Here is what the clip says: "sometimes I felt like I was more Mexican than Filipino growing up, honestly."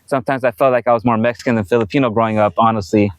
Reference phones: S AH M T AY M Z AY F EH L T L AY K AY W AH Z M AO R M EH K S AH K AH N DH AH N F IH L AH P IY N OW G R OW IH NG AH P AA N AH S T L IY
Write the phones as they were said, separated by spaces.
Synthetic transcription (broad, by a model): S AH M T AY M Z AY F EH L T L AY K AY W AH Z M AO R M EH K S AH K AH N DH AH N F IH L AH P IY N OW G R OW IH NG AH P AA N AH S T L IY